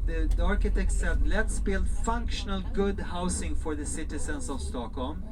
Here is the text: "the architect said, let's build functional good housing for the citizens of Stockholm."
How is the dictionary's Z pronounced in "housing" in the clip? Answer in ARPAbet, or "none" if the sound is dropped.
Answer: S